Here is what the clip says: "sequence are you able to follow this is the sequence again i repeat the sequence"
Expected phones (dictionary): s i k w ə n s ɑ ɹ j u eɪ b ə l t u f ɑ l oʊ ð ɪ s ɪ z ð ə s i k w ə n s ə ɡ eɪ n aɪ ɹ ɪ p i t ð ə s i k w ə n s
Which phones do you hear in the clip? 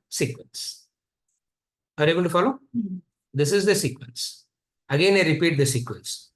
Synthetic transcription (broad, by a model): s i k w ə n s ɑ ɹ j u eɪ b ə n t u f ɑ l oʊ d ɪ s ɪ z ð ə s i k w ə n s ə ɡ eɪ n aɪ ɹ ɪ p i t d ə s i k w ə n s